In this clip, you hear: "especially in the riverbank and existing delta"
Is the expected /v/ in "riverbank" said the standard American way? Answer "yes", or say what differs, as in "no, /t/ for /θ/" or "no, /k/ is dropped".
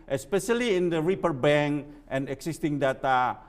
no, /p/ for /v/